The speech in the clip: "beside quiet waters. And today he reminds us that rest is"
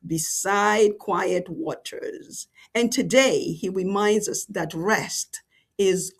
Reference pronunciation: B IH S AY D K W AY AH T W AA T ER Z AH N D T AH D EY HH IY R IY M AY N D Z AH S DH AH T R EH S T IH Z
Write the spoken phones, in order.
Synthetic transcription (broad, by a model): B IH S AY D K W AY AH T W AA T ER Z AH N T AH D EY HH IY R IY M AY N D Z AH S DH AH T R EH S T IH Z